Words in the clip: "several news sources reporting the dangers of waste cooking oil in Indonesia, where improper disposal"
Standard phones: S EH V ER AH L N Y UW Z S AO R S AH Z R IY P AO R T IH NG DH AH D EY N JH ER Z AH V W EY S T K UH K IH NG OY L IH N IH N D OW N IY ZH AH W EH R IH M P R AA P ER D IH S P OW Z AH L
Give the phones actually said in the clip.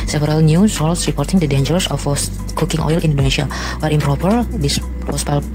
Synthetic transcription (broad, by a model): S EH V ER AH L N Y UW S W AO L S R IY P AO R T IH NG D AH D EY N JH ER S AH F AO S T K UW K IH NG OY L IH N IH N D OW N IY SH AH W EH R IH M P R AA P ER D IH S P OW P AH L